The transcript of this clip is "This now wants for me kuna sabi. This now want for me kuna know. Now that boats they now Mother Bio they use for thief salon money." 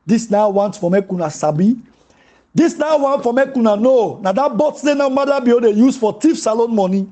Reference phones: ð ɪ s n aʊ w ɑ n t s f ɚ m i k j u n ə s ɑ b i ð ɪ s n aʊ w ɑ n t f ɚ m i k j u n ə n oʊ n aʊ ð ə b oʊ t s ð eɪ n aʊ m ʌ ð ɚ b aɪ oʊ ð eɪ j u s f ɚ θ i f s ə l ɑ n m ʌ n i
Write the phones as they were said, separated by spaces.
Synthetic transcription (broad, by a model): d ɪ s n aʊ w ɑ n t f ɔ m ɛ k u n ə s ɑ b i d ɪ s n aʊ w ɑ n t f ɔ m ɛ k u n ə n oʊ n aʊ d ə b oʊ t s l eɪ n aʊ m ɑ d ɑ b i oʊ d eɪ j u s f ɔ t i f s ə l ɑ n m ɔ n i